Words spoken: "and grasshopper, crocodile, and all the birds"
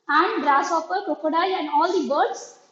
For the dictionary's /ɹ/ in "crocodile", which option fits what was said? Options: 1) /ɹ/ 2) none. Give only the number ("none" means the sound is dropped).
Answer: 2